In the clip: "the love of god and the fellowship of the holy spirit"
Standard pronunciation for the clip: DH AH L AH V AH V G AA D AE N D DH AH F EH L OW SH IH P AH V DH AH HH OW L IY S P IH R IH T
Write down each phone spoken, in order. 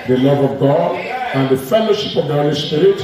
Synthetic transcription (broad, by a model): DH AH L AH V AH V G AA D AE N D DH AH F EH L OW SH IH P AH V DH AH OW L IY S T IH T